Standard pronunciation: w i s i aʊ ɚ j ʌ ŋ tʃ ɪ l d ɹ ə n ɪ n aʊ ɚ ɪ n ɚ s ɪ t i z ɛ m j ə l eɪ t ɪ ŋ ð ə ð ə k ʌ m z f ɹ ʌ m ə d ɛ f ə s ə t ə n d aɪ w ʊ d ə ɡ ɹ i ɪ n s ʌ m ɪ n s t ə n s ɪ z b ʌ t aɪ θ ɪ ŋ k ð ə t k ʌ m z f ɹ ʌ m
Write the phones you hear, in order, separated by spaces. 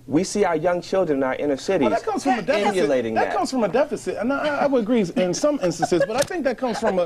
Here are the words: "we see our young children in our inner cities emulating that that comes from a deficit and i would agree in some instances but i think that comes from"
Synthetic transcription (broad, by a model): w i s i aʊ ɚ j ʌ ŋ tʃ ɪ l d ɹ ə n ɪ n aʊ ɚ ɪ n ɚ s ɪ t i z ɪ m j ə l eɪ t ɪ ŋ ð ə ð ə k ʌ m z f ɹ ʌ m ə d ɛ f ə s ə t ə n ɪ aɪ w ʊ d ə ɡ ɹ i ɪ n s ʌ m ɪ n s t ə n s ɪ z b ʌ t aɪ θ ɪ ŋ k ð ə t k ʌ m z f ɹ ʌ m